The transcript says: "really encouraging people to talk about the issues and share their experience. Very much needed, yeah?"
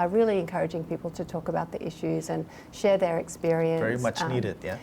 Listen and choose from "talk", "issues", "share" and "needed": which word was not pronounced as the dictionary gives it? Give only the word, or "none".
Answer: none